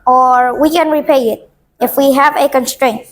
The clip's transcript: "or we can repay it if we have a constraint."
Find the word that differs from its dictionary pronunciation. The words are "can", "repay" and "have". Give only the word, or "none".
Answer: none